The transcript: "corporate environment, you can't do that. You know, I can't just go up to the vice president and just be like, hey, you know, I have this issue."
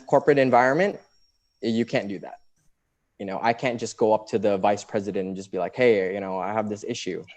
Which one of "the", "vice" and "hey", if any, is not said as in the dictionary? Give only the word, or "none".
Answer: none